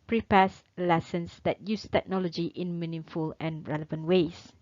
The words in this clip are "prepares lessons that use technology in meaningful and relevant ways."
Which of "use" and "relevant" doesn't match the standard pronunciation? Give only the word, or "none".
none